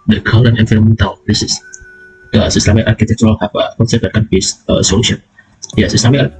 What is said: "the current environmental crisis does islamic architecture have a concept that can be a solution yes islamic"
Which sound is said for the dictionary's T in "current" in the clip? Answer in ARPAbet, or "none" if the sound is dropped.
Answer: none